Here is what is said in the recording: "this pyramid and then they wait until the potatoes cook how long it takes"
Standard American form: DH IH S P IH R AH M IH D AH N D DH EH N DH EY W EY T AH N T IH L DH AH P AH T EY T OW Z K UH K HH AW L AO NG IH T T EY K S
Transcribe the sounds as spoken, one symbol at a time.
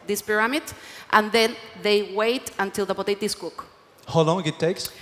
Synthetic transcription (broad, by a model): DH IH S P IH R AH M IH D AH N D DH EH N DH EY W EY T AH N T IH L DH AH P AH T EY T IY S K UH K HH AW L AO NG IH T T EY K S